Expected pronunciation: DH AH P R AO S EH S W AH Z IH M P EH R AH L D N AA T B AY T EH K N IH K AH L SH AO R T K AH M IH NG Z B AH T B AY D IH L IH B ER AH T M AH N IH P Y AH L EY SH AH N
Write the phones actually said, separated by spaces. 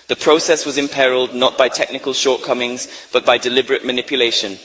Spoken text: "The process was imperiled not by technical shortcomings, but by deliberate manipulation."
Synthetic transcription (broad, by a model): DH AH P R AO S EH S W AH Z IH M P EH R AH L D N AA T B AY T EH K N IH K AH L SH AO R T K AH M IH NG Z B AH T B AY D IH L IH B ER AH T M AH N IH P Y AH L EY SH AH N